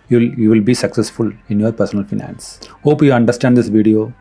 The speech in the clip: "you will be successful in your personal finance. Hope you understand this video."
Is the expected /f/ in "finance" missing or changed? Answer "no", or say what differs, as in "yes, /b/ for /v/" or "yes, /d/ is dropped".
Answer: no